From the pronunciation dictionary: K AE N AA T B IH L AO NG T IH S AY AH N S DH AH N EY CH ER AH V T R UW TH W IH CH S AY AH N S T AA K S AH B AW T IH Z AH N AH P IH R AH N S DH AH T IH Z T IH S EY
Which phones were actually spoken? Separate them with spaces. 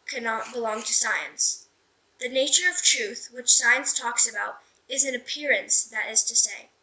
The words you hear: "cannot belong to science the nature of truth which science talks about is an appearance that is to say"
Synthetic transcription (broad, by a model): K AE N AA T B IH L AO NG T IH S AY AH N S DH AH N EY CH ER AH V T R UW TH W IH CH S AY AH N S T AA K S AH B AW T IH Z AH N AH P IH R AH N S DH AH T IH Z T IH S EY